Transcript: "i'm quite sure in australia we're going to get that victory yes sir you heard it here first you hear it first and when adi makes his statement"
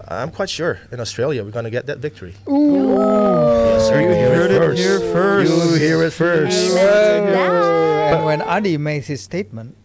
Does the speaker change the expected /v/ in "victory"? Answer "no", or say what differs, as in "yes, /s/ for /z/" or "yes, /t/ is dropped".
no